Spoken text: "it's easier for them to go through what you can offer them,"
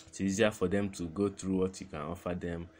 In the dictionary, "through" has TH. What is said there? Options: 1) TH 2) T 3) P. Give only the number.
2